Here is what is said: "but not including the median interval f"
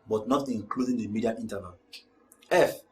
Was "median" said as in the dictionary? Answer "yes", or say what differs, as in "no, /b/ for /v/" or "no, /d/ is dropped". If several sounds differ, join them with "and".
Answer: no, /n/ is dropped